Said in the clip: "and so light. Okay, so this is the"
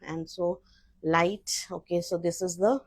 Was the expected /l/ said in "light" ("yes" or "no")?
yes